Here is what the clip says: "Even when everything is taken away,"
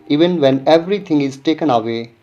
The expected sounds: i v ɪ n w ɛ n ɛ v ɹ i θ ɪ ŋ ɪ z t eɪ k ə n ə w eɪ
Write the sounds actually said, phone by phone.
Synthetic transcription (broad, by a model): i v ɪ n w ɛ n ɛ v ɹ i t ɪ ŋ ɪ z t eɪ k ə n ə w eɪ